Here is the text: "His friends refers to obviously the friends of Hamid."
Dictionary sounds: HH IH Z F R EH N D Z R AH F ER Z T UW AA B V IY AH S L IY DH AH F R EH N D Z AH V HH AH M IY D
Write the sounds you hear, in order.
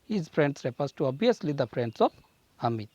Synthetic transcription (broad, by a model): HH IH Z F R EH N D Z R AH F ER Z T UW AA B IY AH S L IY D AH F R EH N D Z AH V HH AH M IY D